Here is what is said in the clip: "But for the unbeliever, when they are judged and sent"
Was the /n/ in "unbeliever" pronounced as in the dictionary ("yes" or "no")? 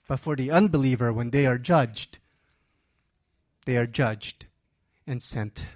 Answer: yes